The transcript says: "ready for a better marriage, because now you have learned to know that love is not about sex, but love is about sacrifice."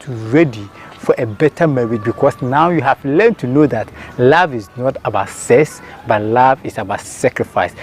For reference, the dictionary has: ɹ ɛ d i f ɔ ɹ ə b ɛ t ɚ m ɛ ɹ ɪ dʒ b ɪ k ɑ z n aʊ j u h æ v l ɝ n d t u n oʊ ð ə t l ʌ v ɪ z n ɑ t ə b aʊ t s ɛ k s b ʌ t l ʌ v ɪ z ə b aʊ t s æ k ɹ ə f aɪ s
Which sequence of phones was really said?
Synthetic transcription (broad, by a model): ɹ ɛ d i f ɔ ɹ ə b ɛ t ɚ m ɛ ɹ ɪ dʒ b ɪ k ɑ s n aʊ j u h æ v l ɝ n t u n oʊ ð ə t l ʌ v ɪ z n ɑ t ə b aʊ t s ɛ s b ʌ t l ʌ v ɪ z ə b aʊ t s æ k ɹ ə f aɪ s